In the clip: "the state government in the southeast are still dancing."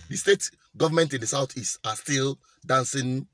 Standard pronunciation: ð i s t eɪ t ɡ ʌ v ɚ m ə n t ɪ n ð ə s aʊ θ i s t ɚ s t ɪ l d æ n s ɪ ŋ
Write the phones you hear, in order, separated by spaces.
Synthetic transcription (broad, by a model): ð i s t eɪ t ɡ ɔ v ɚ m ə n t ɪ n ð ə s aʊ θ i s ɑ s t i l d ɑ n s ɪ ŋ